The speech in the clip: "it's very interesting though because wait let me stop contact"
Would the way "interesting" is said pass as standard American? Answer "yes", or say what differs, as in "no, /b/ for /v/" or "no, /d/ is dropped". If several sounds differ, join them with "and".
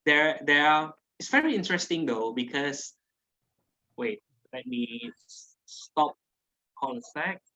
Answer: yes